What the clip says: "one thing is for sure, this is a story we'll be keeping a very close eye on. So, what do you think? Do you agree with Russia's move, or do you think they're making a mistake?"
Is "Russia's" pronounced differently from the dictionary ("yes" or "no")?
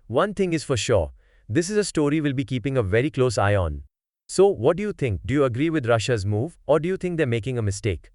no